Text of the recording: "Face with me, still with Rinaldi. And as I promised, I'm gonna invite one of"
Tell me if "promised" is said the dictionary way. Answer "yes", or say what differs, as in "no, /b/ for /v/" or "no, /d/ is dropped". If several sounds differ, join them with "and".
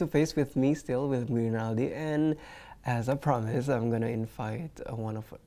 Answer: no, /t/ is dropped